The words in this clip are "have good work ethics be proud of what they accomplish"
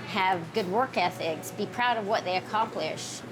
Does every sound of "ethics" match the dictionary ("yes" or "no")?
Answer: yes